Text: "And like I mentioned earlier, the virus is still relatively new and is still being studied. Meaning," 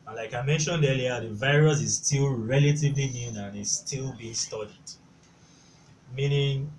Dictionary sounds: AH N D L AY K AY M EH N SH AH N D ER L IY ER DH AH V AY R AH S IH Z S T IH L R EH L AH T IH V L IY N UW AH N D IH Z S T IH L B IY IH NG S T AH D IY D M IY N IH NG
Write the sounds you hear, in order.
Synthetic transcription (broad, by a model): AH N L AY K AY M EH N SH AH N D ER L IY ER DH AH V AY R AH S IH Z S T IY L R EH L AH T IH V L IY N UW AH N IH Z S T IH L B IY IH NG S T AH D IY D M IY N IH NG